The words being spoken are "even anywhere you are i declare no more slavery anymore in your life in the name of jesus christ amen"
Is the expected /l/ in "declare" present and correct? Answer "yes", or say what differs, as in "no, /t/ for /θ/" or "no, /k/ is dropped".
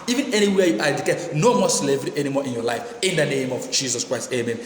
no, /l/ is dropped